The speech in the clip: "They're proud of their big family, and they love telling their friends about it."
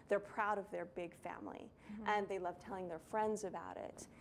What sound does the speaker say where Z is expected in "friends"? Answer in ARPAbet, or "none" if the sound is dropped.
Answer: Z